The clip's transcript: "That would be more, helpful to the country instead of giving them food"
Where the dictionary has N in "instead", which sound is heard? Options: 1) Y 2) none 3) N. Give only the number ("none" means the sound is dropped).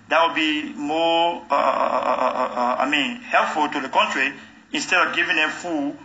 3